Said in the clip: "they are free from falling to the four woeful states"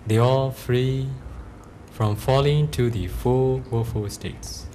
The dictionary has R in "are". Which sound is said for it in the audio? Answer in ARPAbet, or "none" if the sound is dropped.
L